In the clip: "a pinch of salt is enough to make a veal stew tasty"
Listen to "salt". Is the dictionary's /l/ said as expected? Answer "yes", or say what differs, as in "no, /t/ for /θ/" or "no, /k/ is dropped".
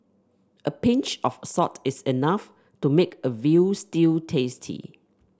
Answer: no, /l/ is dropped